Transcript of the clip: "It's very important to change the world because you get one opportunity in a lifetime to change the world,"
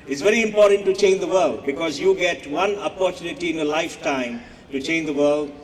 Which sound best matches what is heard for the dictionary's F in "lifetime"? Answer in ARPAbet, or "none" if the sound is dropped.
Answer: F